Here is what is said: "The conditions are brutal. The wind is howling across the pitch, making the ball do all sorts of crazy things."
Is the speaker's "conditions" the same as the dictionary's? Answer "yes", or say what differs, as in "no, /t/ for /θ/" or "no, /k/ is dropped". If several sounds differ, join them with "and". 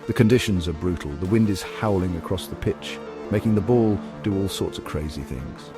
yes